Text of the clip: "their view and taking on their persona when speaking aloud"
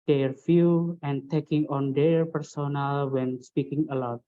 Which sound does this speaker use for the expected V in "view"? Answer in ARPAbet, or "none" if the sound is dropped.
F